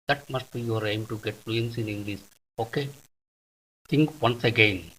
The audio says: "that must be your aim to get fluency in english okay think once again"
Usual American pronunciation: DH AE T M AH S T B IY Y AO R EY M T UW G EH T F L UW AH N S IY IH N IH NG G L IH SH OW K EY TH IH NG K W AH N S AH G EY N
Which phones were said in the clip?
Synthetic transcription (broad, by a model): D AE T M AH S T B IY Y AO R EY M T UW G EH T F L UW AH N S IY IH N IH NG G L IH S OW K EY T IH NG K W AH N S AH G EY N